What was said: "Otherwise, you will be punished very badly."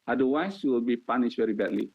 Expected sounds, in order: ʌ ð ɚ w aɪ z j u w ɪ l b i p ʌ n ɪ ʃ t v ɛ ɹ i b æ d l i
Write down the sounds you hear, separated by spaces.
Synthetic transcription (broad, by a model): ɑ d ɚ w aɪ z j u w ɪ l b i p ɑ n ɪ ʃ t v ɛ ɹ i b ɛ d l i